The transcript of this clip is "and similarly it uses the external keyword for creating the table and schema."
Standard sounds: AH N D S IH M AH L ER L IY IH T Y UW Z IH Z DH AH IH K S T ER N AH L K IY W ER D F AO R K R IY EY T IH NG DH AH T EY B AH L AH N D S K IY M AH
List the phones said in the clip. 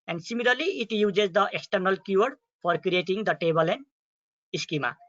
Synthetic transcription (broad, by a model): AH N D S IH M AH L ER L IY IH T Y UW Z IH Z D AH IH K S T ER N AH L K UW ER D F AO R K R IY EY T IH NG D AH T EY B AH L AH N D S K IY M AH